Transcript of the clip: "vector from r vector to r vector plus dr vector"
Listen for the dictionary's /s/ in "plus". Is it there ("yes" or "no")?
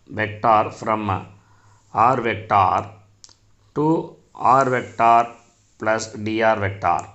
yes